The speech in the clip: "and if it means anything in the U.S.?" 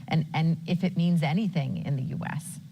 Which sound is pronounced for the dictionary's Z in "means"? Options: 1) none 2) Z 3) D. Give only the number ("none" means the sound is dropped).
2